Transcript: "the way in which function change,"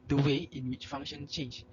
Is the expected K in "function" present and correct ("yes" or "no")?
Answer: no